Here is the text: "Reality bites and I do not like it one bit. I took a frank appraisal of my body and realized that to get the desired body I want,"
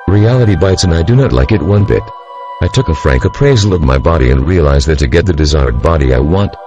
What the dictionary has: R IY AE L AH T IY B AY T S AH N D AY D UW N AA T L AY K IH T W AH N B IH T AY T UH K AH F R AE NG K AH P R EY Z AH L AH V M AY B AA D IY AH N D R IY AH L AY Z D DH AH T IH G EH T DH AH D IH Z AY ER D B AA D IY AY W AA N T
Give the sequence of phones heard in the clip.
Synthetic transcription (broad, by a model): R IY AE L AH T IY B AY T S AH N AY D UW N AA T L AY K IH T W AH N B IH T AY T UH K AH F R AE NG K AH P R EY Z L AH V M AY B AA D IY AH N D R IY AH L AY Z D DH AH T IH G EH T DH AH D IH Z AY ER D B AA D IY AY W AA N T